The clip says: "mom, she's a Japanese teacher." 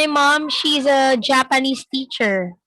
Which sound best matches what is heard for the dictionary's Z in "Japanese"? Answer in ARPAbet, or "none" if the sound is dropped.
S